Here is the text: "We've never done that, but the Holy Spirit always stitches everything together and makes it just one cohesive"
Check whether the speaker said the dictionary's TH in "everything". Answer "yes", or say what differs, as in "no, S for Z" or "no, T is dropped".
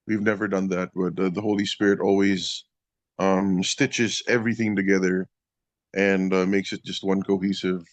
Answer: yes